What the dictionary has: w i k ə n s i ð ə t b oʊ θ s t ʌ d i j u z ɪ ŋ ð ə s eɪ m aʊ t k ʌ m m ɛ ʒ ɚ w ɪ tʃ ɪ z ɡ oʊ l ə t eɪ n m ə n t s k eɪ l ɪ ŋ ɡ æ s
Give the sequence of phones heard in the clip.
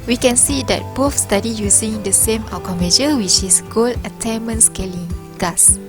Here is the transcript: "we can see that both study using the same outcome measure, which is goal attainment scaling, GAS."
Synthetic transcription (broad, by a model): w i k ə n s i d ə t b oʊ f s t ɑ d i j u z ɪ ŋ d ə s eɪ m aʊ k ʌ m m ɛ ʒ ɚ w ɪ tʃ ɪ s ɡ oʊ l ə t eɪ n m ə n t s k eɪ l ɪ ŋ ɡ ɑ s